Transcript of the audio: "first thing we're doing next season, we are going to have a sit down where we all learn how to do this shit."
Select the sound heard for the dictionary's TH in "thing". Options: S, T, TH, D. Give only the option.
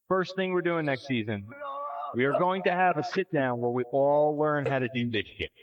TH